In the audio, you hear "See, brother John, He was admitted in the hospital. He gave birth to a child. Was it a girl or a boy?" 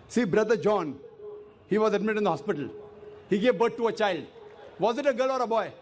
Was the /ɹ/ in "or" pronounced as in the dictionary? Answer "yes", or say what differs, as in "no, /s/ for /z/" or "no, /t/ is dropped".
yes